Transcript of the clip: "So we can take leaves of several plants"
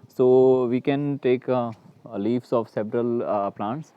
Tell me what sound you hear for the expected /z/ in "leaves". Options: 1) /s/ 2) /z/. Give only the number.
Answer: 1